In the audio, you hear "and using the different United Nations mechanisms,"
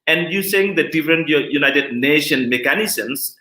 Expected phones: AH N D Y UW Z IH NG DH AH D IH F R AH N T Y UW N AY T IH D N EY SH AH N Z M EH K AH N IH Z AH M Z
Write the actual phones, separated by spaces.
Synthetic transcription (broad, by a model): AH N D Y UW S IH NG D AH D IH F R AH N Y Y UW N AY T IH D N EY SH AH N M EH K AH N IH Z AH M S